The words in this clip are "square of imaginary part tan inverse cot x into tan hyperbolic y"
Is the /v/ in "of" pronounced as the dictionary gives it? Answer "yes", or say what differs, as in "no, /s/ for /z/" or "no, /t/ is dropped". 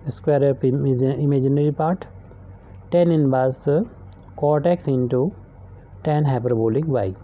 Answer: no, /p/ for /v/